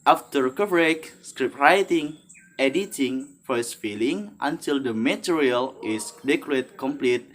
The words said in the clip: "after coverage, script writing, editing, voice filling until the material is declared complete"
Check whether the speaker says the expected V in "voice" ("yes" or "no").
no